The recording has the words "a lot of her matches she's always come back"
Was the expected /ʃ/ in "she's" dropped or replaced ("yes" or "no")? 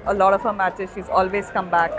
no